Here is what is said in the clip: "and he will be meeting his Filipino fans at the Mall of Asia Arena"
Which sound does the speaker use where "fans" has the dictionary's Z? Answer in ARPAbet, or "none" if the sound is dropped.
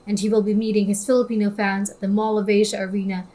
Z